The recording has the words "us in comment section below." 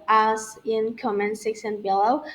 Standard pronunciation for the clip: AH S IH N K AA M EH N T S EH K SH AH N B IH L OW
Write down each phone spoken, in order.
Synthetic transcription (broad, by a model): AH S IH N K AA M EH N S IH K S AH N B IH L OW